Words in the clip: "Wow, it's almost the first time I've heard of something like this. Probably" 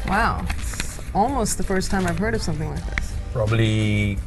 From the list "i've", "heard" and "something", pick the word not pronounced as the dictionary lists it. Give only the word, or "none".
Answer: none